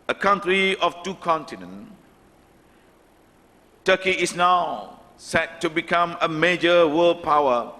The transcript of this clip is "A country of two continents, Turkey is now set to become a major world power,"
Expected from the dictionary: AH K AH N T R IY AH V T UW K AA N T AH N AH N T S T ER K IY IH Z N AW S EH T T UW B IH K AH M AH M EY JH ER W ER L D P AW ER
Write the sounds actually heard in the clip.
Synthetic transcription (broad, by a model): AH K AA N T R IY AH F T UW K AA N T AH N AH N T T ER K IY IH S N AW S EH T T UW B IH K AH M AH M EY JH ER W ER L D P AW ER